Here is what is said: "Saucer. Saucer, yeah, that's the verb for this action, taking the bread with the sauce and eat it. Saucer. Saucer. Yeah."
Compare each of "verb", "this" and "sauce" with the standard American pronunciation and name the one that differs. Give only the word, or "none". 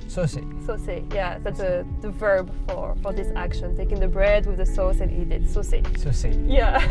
none